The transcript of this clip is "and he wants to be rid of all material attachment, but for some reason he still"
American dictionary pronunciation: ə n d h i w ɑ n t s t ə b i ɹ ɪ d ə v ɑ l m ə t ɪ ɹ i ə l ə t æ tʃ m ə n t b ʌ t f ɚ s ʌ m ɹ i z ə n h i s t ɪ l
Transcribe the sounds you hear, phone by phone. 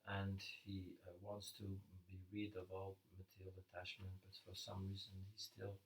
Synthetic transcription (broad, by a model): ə n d h i w ɑ n t s t ə b i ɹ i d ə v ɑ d m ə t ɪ ɹ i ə l ə t æ tʃ m ə n t b ʌ t f ɚ s ʌ m ɹ i z ə n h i s t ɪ l